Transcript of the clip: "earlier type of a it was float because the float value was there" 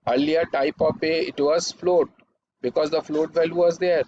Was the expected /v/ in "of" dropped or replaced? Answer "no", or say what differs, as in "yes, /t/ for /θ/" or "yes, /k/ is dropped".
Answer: yes, /p/ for /v/